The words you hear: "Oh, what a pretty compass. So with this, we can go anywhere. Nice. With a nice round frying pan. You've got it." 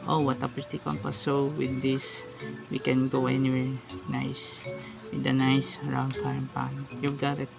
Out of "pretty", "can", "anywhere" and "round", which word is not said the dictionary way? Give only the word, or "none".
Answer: pretty